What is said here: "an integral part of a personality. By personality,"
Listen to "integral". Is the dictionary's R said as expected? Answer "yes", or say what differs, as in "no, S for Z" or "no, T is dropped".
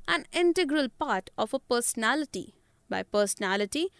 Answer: yes